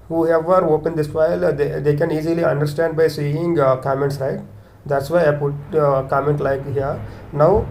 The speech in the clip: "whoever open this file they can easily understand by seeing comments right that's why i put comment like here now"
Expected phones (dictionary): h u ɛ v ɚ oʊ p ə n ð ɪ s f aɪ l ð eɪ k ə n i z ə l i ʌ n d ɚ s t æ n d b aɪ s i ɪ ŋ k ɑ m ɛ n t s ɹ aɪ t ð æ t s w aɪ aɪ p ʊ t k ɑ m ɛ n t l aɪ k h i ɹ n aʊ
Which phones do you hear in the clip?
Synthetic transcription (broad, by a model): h u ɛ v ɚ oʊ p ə n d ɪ s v aɪ l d eɪ k ə n i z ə l i ʌ n d ɚ s t æ n d b aɪ s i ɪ ŋ k ɑ m ɛ n t s ɹ aɪ t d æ t s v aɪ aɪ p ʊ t k ɑ m ɛ n t l aɪ k h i ɹ n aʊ